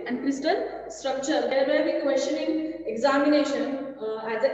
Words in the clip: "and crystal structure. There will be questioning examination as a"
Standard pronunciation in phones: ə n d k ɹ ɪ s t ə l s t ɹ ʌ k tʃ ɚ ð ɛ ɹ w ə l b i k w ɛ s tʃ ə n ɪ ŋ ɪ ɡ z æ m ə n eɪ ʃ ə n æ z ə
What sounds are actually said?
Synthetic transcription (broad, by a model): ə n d k ɹ ɪ s t ə l s t ɹ ʌ k tʃ ɚ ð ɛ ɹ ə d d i k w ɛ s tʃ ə n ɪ ŋ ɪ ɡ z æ m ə n eɪ ʃ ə n æ z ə